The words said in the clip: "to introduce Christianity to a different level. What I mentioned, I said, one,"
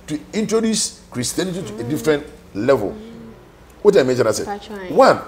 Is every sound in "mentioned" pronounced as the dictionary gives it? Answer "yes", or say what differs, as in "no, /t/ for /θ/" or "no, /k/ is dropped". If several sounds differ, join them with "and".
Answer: no, /d/ is dropped